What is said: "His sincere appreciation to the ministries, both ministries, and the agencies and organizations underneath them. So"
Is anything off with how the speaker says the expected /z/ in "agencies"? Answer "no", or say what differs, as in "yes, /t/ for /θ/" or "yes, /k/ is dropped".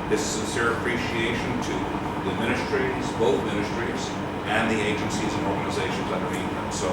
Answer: no